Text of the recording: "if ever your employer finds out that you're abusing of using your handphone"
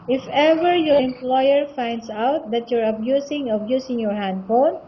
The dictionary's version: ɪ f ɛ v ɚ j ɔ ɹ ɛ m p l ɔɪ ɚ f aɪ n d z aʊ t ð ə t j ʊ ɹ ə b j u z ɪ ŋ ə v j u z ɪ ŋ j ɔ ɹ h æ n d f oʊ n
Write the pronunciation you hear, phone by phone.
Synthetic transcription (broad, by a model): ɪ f ɛ v ɚ j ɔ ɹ ɛ m p l ɔɪ ɚ f aɪ n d s aʊ t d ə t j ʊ ɹ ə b j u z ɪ ŋ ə b j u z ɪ ŋ j ɔ ɹ h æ n d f oʊ n